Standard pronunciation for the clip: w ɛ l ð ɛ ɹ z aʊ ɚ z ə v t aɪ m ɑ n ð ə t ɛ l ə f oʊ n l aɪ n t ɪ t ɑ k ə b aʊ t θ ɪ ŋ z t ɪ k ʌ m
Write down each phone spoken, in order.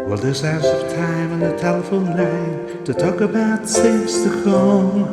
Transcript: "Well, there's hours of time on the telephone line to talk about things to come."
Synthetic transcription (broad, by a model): w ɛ l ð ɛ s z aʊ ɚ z ə v t aɪ m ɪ n ð ə t ɛ l ə f oʊ n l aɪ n t ɪ t ɑ k ə b aʊ t s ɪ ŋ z t ɪ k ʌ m